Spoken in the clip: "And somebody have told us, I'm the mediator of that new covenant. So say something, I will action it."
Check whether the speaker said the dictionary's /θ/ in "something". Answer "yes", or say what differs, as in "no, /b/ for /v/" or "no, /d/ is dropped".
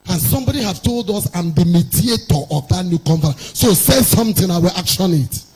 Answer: no, /t/ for /θ/